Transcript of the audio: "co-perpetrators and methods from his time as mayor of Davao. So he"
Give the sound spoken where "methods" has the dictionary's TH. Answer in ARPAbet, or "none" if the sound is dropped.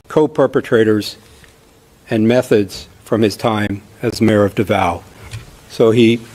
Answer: TH